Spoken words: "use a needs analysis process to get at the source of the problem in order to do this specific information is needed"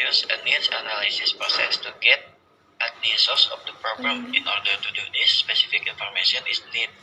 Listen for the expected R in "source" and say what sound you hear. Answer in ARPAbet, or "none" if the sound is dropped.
L